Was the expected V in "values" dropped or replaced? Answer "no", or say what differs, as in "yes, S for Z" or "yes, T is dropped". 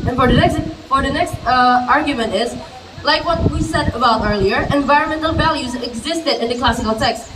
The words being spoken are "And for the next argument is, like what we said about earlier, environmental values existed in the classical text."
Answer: no